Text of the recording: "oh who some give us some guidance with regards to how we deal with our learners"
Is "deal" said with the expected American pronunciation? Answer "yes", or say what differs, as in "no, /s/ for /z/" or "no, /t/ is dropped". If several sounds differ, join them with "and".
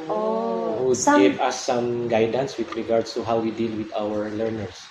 yes